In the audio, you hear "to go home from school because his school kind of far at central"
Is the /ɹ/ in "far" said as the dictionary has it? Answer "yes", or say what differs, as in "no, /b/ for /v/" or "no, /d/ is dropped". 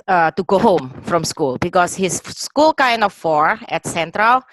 yes